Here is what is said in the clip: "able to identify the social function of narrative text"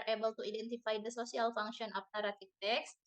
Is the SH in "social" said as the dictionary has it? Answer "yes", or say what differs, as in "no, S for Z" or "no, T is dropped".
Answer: no, S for SH